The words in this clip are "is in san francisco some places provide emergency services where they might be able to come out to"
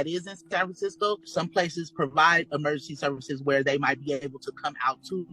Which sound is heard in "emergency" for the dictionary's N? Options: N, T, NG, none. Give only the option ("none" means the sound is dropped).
N